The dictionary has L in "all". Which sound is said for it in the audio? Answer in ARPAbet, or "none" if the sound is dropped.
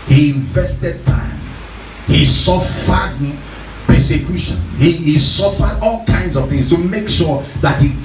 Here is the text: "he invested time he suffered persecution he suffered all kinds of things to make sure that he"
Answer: L